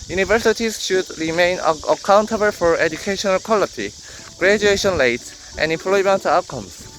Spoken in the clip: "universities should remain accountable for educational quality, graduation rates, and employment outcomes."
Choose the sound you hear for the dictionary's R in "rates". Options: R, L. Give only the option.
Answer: L